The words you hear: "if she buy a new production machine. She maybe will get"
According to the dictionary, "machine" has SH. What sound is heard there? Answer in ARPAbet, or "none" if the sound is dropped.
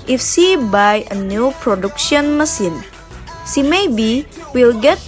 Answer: S